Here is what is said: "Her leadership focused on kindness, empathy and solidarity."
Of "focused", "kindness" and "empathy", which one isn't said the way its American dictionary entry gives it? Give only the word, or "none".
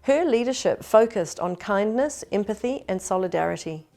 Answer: none